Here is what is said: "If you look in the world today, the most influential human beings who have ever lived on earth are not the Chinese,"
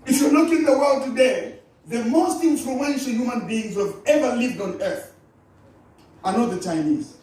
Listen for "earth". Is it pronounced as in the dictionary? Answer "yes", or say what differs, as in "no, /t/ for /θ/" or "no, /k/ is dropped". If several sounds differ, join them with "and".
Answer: yes